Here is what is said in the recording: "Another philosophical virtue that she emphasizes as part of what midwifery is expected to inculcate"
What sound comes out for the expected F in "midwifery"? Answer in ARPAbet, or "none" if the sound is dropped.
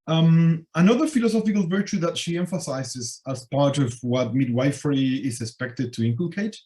F